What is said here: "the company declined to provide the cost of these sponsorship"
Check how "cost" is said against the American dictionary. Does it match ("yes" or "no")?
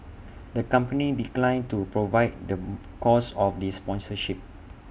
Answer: no